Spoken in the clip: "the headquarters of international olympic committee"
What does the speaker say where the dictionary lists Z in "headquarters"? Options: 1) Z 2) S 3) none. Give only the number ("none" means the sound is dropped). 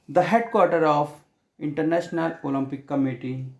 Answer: 3